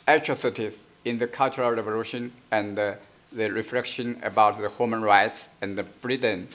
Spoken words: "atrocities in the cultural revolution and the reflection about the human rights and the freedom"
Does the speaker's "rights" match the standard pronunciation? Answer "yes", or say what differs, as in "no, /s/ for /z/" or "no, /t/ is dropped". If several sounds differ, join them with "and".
yes